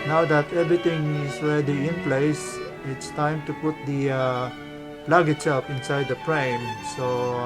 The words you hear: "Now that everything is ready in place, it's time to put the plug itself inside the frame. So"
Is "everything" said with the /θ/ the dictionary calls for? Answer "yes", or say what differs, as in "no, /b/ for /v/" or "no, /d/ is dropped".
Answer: no, /t/ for /θ/